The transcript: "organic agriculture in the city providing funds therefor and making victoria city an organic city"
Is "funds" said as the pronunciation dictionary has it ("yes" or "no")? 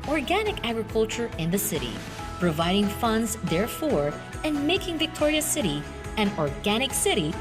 yes